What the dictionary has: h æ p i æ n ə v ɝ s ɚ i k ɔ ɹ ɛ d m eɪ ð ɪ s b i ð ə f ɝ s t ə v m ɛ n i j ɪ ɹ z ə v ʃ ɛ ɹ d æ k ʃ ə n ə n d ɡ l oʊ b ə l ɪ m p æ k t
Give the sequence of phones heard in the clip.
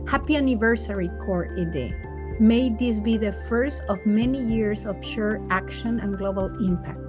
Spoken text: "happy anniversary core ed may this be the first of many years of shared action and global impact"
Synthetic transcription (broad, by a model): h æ p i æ n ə v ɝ s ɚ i k ɔ ɹ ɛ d m eɪ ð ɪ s b i ð ə f ɝ s t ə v m ɛ n i j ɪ ɹ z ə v ʃ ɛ ɹ æ k ʃ ə n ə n ɡ l oʊ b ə l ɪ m p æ k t